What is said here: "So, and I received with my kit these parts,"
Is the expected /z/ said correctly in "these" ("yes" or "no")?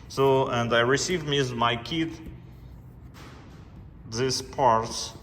no